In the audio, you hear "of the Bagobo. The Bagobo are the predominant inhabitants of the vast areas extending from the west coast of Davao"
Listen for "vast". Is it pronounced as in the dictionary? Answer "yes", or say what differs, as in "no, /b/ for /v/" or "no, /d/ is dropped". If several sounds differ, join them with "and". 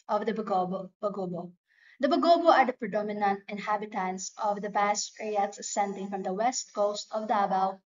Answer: no, /b/ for /v/